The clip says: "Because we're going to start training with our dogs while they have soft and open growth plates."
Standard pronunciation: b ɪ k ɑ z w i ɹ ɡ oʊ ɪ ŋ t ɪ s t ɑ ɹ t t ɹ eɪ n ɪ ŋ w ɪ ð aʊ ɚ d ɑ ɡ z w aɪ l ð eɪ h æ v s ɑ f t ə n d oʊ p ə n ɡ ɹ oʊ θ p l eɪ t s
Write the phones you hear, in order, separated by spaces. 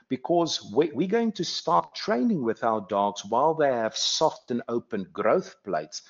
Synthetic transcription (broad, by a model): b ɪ k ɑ z w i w ɡ oʊ ɪ ŋ t ɪ s t ɑ ɹ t t ɹ eɪ n ɪ ŋ w ɪ ð aʊ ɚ d ɑ ɡ z w aɪ l ð eɪ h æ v s ɑ f t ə n oʊ p ə n ɡ ɹ oʊ θ p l eɪ t s